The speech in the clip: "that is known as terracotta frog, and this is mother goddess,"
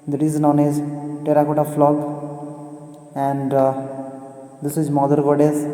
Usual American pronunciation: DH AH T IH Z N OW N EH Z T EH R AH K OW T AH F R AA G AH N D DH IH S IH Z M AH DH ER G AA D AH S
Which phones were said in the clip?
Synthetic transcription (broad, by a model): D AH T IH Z N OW N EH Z T EH R AH K OW T AH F L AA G AH N D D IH S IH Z M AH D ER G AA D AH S